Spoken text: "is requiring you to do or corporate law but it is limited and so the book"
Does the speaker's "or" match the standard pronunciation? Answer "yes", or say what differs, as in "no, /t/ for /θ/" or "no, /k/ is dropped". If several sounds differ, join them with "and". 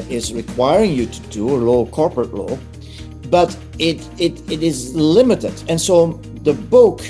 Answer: no, /l/ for /ɹ/